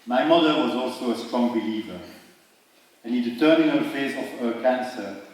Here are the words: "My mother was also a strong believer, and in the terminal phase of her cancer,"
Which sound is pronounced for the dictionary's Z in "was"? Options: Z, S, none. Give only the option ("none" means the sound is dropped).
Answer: Z